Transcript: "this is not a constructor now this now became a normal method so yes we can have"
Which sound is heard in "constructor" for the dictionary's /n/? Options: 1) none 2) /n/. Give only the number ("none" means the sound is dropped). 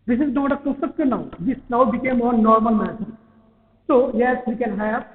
1